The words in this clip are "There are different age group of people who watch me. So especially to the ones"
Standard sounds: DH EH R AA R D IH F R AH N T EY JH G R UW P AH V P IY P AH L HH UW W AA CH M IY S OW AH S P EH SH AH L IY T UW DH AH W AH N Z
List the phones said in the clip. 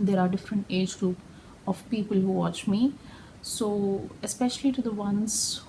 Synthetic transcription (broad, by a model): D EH R AA R D IH F R AH N T EY JH G R UW P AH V P IY P AH L HH UW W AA CH M IY S OW AH S P EH SH AH L IY T UW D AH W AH N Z